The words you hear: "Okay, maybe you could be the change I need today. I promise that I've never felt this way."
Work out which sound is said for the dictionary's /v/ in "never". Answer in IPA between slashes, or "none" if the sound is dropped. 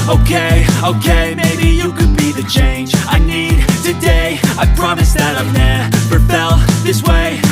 /p/